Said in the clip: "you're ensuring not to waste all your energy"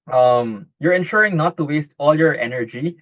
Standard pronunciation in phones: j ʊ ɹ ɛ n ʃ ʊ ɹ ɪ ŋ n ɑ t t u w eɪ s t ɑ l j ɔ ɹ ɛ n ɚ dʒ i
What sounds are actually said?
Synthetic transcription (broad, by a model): j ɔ ɹ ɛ n ʃ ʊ ɹ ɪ ŋ n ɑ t t u w eɪ s t ɑ l j ɔ ɹ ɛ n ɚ dʒ i